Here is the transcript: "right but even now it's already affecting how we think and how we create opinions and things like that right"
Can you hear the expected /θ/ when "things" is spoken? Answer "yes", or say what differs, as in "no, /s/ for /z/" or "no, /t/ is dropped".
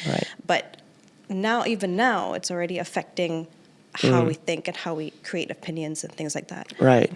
yes